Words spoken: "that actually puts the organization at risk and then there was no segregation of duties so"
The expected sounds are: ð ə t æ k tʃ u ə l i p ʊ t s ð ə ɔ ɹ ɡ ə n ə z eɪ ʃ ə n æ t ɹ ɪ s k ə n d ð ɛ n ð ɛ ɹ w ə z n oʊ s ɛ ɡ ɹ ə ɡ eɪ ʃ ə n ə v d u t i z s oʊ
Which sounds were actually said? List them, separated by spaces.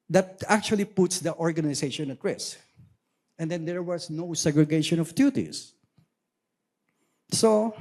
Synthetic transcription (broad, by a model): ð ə t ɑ k tʃ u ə l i p ʊ t s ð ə ɔ ɹ ɡ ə n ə s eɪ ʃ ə n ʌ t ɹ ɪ s ə n d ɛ n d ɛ ɹ w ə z n oʊ s ɛ ɡ ɹ ə ɡ eɪ ʃ ə n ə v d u t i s s oʊ